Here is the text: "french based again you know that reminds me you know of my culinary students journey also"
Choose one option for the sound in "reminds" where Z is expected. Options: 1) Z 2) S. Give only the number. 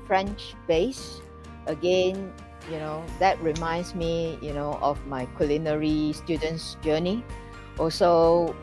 2